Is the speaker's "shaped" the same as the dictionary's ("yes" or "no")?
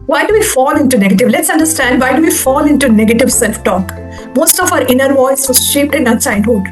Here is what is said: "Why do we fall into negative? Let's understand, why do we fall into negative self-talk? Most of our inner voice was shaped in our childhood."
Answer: yes